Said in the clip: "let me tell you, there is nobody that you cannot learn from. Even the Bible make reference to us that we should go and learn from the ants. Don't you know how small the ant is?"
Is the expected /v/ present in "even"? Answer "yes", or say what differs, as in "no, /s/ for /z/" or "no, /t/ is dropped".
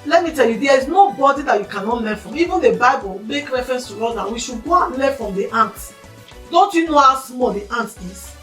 yes